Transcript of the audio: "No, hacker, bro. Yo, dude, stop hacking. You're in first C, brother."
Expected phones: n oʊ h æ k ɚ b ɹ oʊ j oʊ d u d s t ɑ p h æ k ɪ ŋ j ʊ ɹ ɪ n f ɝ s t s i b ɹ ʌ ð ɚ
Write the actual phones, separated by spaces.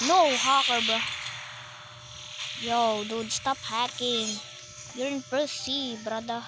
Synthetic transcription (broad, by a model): n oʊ h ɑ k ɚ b oʊ j oʊ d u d s t ɑ p h æ k ɪ ŋ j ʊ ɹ ɪ n p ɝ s s i b ɹ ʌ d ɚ